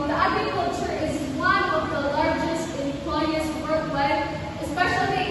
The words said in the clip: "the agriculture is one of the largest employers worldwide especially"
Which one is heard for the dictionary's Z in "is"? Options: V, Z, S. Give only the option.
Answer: Z